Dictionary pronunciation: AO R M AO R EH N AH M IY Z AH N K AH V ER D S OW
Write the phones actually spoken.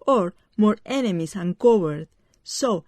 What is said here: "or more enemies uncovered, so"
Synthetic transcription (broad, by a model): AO R M AO R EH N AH M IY S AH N K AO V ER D S OW